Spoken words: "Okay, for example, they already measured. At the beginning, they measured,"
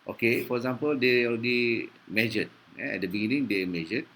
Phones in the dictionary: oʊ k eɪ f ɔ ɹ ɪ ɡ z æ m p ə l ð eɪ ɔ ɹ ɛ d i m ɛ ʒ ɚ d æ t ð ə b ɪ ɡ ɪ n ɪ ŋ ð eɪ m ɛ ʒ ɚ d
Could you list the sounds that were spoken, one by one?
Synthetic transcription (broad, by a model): oʊ k eɪ f ɔ ɹ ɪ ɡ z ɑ m p ə l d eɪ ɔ ɛ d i m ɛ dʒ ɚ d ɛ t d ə b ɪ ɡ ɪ n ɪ ŋ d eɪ m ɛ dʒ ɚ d